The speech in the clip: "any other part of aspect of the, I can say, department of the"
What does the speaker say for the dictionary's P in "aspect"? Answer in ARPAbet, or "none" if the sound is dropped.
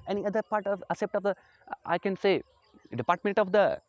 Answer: none